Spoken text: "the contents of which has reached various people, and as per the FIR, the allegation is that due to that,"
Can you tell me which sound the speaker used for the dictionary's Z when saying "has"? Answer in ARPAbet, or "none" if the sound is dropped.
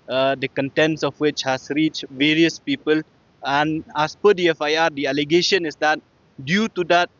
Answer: S